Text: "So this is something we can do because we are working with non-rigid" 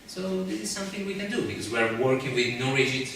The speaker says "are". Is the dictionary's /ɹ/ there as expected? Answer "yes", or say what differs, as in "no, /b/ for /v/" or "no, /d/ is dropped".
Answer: yes